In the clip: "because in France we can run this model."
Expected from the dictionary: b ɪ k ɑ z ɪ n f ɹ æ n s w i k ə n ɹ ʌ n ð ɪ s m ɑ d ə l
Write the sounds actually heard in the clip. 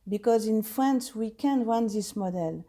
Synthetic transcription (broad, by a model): b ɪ k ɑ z ɪ n f ɹ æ n s w i k ə n w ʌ n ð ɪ s m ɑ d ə l